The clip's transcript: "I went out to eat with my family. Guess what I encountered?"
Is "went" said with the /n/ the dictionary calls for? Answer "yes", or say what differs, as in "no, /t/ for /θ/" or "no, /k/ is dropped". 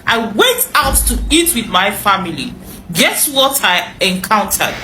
no, /n/ is dropped